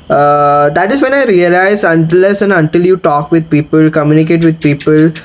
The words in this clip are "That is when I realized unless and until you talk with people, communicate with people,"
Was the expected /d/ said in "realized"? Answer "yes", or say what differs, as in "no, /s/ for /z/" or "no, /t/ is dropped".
no, /d/ is dropped